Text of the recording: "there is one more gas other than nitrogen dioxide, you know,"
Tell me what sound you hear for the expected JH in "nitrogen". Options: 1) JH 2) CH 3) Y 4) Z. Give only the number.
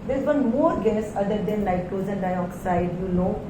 4